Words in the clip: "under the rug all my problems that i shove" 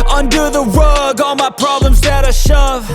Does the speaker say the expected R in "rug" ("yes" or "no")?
no